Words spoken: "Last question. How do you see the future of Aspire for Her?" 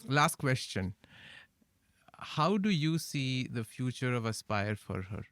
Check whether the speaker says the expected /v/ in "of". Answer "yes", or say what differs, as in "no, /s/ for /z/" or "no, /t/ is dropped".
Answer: yes